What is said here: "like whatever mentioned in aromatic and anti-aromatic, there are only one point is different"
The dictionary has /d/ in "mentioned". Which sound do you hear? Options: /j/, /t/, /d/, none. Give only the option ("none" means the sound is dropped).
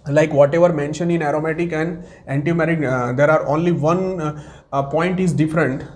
none